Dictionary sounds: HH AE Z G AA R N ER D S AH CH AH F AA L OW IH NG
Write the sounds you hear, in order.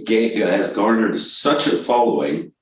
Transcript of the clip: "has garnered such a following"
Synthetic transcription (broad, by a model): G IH Z G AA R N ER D S AH CH AH F AA L OW IH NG